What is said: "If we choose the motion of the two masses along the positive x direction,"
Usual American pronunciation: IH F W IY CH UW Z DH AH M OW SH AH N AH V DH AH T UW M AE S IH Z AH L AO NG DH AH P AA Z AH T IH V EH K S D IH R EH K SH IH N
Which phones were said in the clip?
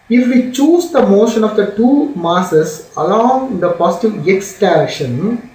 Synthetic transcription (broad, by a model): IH F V IY CH UW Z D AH M OW SH AH N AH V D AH T UW M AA S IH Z AH L AO NG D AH P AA S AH T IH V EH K S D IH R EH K SH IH N